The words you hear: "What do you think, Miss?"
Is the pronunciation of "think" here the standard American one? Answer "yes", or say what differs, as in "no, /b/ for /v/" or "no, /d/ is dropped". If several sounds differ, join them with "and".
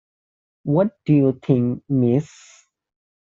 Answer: no, /t/ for /θ/